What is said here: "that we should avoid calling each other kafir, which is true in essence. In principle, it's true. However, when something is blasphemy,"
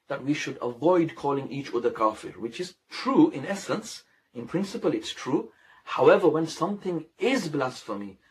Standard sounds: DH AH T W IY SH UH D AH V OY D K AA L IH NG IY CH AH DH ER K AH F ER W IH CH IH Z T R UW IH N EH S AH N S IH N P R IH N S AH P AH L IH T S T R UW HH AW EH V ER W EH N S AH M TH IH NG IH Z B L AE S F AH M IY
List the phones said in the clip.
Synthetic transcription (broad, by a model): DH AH T W IY SH UH D AH V OY D K AA L IH NG IY CH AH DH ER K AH F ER W IH CH IH Z T R UW IH N EH S AH N S IH N P R IH N S AH P AH L IH T S T R UW HH AW EH V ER W EH N S AH M TH IH NG IH Z B L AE S F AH M IY